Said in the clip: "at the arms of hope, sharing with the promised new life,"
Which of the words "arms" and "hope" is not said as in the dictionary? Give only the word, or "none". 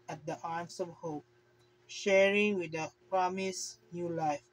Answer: arms